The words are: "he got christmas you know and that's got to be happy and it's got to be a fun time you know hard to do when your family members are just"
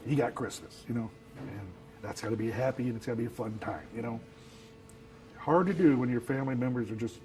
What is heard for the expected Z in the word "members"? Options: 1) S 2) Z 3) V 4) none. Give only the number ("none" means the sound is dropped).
2